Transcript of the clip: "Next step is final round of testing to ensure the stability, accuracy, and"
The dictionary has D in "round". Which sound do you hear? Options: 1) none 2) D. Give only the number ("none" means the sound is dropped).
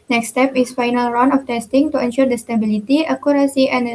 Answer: 1